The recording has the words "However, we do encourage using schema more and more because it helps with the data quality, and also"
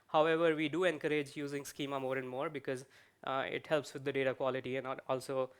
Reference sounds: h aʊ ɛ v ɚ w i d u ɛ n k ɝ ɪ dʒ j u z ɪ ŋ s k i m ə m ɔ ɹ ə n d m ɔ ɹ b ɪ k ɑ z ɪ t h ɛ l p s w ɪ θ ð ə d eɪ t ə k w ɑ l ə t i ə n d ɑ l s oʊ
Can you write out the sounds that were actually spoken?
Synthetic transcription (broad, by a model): h aʊ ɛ v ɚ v i d u ɛ n k ɝ ɪ dʒ j u z ɪ ŋ s k i m ə m ɔ ɹ ə n d m ɔ ɹ b ɪ k ɑ z ɪ t h ɛ l p s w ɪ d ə d eɪ t ə k w ɑ l ə t i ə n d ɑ l s oʊ